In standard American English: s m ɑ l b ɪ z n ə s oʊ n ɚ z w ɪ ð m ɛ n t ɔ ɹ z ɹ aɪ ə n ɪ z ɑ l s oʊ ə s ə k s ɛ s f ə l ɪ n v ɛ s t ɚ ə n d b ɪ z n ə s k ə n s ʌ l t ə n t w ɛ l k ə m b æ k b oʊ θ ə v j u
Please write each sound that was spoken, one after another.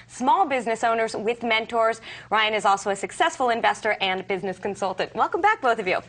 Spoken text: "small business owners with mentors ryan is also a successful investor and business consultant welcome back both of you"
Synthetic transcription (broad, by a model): s m ɑ l b ɪ z n ə s oʊ n ɚ z w ɪ ð m ɛ n t ɔ ɹ z ɹ aɪ ə n ɪ z ɑ l s oʊ ə s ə k s ɛ s f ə l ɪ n v ɛ s t ɚ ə n b ɪ z n ə s k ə n s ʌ l t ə n t w ɛ l k ə m b æ k b oʊ θ ə v j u